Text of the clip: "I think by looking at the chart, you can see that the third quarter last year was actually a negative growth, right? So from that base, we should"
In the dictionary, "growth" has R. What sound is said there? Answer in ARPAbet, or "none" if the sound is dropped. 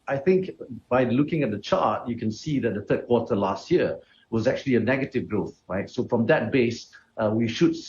R